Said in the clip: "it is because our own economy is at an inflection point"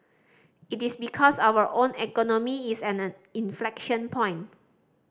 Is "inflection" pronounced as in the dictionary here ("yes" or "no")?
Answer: yes